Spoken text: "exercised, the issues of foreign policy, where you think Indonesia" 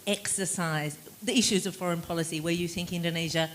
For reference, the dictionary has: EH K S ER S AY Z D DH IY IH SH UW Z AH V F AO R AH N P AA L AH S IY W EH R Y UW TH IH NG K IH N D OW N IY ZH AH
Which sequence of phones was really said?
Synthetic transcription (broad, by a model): EH K S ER S AY Z DH IY IH SH UW Z AH V F AO R AH N P AA L AH S IY W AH R Y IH TH IH NG K IH N D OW N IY ZH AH